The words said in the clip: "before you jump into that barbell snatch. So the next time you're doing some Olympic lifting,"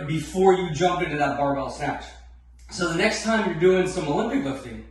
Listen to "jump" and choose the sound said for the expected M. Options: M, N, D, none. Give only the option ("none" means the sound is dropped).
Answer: M